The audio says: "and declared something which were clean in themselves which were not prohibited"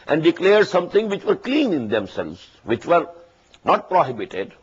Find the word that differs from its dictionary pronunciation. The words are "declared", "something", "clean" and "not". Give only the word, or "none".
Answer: something